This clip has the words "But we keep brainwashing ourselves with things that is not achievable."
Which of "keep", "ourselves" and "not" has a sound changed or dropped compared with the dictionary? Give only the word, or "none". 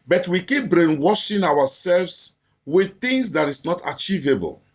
ourselves